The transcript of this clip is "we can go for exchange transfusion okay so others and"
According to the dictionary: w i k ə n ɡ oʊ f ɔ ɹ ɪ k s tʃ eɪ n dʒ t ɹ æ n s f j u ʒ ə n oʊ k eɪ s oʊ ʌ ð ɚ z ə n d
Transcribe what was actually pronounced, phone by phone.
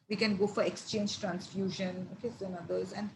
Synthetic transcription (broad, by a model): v i k ə n ɡ oʊ f ɔ ɹ ɪ k s tʃ eɪ n dʒ t ɹ æ n s f j u ʒ ə n oʊ k eɪ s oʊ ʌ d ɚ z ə n d